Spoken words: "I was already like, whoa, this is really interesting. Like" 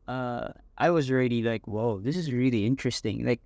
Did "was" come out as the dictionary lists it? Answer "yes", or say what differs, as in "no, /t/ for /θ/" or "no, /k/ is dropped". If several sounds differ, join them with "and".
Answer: yes